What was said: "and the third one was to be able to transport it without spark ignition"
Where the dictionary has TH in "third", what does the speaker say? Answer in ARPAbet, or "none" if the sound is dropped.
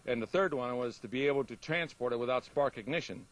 TH